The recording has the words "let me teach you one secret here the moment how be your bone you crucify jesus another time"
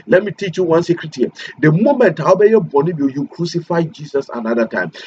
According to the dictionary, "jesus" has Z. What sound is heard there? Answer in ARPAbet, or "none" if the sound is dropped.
S